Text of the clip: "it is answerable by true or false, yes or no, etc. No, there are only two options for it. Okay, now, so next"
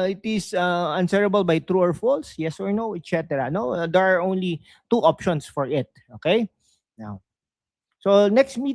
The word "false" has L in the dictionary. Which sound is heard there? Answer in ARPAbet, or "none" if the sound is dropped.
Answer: L